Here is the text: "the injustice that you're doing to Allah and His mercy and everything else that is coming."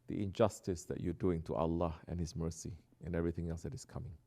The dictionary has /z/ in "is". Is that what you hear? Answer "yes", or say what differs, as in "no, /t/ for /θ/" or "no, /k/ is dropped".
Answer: no, /s/ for /z/